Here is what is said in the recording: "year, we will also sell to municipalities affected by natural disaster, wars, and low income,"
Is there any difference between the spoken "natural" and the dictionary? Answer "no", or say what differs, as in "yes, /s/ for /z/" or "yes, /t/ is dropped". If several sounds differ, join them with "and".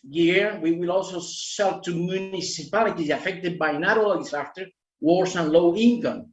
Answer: yes, /tʃ/ is dropped